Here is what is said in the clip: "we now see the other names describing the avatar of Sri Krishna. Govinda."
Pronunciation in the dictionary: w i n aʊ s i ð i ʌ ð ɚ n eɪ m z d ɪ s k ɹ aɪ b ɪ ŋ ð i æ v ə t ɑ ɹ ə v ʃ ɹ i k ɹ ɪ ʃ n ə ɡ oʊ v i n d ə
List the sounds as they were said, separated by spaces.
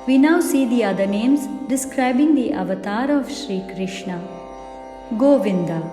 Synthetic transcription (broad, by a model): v i n aʊ s i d i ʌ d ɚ n eɪ m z d ɪ s k ɹ aɪ b ɪ ŋ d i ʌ v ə t ɑ ɹ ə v ʃ ɹ i k ɹ ɪ ʃ n ə ɡ oʊ v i n d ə